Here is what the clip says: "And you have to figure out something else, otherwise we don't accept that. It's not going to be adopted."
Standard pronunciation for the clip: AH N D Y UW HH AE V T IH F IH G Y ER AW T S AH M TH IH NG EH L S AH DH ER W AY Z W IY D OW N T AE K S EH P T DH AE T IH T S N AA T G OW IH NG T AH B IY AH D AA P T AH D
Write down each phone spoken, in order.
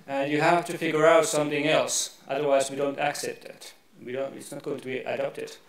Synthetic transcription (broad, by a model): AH N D Y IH HH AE F T IH F IH G Y ER AW T S AH M TH IH NG EH L S AH DH ER W AY Z W IY D OW N T AE K S EH P T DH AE T IH T S N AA T G OW IH NG T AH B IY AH D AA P T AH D